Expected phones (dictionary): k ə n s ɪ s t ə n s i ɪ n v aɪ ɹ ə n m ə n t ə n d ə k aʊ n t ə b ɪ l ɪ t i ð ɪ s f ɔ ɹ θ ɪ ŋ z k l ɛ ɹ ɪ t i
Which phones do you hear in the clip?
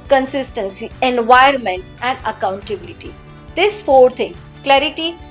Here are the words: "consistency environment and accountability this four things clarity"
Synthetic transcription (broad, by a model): k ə n s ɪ s t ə n s i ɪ n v aɪ ə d m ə n t ə n d ə k aʊ n t ə b ɪ l ɪ t i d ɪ s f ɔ ɹ t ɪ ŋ k l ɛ ɹ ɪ t i